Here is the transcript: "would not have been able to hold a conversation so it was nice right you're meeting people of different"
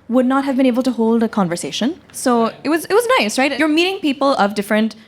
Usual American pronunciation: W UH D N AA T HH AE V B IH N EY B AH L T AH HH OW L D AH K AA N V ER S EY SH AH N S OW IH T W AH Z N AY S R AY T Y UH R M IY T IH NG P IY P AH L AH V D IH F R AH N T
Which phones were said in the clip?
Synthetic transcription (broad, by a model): W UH D N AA T HH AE V B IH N EY B AH L T AH HH OW L D AH K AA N V ER S EY SH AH N S OW IH T W AH Z N AY S R AY T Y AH R M IY T IH NG P IY P AH L AH V D IH F R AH N T